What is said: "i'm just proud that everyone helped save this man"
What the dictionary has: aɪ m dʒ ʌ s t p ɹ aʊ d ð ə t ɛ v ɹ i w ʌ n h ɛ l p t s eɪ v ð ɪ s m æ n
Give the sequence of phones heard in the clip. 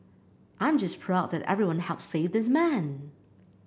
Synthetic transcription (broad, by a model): aɪ m dʒ ʌ s p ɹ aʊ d ð ə t ɛ v ɹ i w ʌ n h ɛ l p s eɪ v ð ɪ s m æ n